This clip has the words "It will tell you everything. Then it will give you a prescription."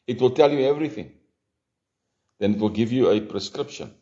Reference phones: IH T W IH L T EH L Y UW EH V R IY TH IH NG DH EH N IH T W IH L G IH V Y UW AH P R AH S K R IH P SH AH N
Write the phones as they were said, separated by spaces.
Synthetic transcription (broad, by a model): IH T W IH L T EH L Y UW EH V R IY TH IH NG DH EH N IH T W IH L G IH V Y UW AH P R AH S K R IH P SH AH N